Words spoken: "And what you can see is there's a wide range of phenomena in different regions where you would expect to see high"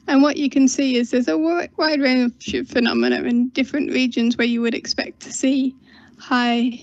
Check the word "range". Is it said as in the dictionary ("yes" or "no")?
no